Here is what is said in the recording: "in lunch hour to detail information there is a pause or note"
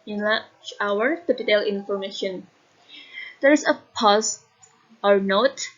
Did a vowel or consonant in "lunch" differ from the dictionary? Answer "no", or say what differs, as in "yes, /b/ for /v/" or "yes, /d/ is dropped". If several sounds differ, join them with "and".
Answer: yes, /n/ is dropped